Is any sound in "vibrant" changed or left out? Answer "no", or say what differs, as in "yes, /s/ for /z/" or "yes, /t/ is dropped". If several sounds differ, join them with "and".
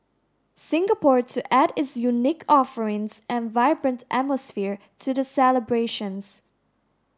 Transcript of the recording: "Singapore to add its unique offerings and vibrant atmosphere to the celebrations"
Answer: no